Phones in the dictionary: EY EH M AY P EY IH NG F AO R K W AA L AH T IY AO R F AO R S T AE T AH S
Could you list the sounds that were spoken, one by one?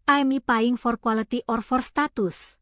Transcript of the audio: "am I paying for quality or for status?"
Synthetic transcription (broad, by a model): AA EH M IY P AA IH NG F AO R K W AA L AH T IY AO R F AO R S T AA T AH S